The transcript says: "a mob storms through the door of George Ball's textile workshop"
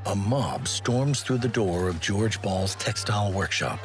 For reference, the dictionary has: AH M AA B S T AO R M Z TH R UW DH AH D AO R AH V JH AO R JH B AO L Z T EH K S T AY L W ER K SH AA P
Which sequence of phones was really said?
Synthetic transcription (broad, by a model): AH M AA B S T AO R M Z TH R UW DH AH D AO R AH V JH AO R JH B AO L Z T EH K S T AY L W ER K SH AA P